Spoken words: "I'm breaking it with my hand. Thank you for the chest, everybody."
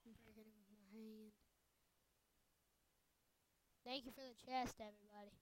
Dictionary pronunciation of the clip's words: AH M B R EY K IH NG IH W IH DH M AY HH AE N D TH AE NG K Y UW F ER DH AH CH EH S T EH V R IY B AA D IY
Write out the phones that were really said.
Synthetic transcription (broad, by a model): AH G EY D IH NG W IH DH M AY HH AE N D TH AE NG K Y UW F ER DH AH CH EH S T EH V R IY B AA D IY